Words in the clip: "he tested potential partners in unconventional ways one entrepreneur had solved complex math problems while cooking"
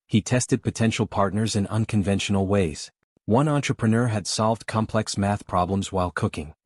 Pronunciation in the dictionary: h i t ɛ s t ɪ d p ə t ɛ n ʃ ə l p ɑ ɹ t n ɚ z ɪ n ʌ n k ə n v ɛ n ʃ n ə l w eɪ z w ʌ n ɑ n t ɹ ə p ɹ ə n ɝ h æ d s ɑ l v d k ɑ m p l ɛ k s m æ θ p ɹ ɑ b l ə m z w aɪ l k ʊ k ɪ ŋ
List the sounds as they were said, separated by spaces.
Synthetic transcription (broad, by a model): h i t ɛ s t ɪ d p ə t ɛ n ʃ l p ɑ ɹ t n ɚ z ɪ n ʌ n k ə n v ɛ n ʃ n l w eɪ z w ʌ n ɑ n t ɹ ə p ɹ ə n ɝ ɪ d s ɑ l v d k ɑ m p l ɛ k s m æ θ p ɹ ɑ b l ə m z w aɪ l k ʊ k ɪ ŋ